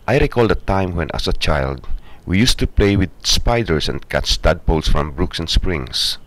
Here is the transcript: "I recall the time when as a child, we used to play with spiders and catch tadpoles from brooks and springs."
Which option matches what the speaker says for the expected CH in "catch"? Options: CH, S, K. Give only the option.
S